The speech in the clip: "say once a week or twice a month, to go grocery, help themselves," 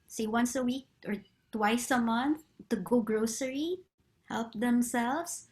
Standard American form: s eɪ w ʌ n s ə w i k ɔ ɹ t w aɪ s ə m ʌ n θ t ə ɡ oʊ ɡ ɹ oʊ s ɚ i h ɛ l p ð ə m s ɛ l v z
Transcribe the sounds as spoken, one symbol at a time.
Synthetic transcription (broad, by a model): s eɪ w ʌ n s ə w i k ɔ ɹ t w aɪ s ə m ʌ n θ t ə ɡ oʊ ɡ ɹ oʊ s ɚ i h ɛ l p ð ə m s ɛ l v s